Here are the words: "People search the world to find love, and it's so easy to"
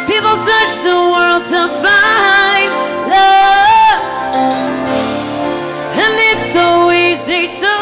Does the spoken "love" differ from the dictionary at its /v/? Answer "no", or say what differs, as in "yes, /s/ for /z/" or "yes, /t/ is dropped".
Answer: yes, /v/ is dropped